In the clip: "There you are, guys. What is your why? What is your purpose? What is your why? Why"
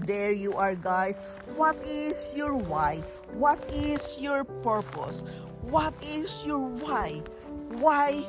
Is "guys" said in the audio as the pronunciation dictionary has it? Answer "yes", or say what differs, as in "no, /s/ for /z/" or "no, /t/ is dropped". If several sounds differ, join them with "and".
no, /s/ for /z/